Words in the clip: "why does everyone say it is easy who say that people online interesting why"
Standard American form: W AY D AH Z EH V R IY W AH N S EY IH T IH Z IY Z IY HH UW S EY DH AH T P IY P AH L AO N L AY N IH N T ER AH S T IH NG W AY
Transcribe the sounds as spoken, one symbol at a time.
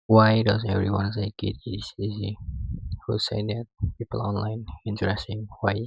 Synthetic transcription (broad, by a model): W AY D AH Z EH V R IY W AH N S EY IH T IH S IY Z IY HH UW S EY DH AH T P IY P AH L AO N L AY N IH N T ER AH S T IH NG W AY